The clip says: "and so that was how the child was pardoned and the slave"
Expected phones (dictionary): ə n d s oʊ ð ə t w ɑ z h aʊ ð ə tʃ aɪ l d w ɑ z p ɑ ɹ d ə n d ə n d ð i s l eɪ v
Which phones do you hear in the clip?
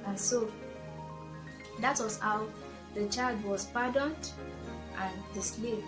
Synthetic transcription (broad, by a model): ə n s oʊ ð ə t w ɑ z h aʊ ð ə tʃ aɪ l d w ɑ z p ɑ d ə n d ə n d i s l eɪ